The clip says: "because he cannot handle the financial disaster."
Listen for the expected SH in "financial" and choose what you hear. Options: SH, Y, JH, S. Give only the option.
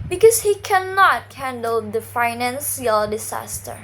S